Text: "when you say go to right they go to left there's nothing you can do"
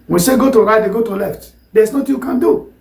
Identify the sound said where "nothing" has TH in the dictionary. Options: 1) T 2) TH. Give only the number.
1